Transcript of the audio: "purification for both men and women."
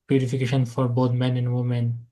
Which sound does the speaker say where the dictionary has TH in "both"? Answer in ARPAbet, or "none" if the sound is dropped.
T